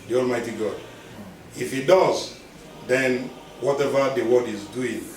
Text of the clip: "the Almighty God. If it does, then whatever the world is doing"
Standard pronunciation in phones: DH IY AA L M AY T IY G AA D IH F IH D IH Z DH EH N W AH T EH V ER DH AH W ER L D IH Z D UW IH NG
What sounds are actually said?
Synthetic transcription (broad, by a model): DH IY AA L M AY T IY G AA D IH F IH D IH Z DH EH N W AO T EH V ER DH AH W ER D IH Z D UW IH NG